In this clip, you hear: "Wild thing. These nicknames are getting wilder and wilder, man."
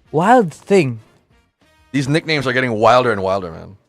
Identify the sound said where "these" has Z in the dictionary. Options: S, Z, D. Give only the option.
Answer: Z